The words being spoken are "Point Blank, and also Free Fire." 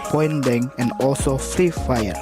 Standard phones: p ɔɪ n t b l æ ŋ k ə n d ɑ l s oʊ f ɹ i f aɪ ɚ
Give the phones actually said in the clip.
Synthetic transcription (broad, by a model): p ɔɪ n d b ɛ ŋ ə n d ɑ l s oʊ f ɹ i f aɪ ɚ